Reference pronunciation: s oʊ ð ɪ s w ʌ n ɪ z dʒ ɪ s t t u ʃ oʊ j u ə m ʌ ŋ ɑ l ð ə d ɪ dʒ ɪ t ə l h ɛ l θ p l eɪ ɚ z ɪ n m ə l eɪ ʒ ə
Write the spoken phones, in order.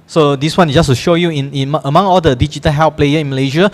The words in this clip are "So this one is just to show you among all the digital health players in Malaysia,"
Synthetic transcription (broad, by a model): s oʊ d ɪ s w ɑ n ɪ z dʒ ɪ s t t u ʃ oʊ j u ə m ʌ ŋ ɑ l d ə d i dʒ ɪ t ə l h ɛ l p l eɪ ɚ ɪ n m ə l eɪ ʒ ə